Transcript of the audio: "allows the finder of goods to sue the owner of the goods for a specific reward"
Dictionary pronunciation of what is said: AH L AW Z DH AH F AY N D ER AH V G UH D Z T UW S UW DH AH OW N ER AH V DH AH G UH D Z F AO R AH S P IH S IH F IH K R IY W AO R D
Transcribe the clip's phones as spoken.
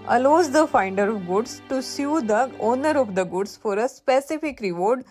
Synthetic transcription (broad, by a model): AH L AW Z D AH F AY N D ER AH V G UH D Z T UW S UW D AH OW N ER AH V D AH G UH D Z F AO R AH S P IH S IH F IH K R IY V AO R D